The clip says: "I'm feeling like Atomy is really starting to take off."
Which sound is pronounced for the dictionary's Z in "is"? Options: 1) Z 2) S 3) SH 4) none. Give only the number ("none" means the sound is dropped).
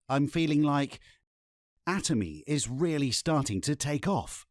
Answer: 1